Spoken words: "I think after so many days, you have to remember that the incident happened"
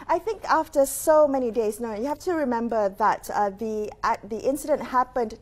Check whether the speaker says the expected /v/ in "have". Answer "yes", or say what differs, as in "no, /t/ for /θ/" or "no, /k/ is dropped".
no, /f/ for /v/